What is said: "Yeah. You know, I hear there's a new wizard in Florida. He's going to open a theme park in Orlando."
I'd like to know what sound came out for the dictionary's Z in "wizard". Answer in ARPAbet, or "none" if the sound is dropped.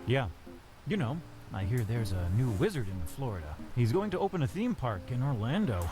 Z